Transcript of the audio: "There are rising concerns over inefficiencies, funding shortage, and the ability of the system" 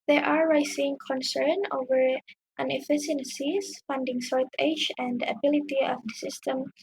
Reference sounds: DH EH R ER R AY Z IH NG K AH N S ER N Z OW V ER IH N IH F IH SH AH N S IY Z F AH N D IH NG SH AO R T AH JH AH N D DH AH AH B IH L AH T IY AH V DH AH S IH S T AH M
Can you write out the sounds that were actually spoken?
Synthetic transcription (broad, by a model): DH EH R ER R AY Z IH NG K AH N S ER N OW V ER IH N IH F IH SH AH N S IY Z F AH N D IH NG S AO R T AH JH AH N D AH AH B IH L AH T IY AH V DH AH S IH S T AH M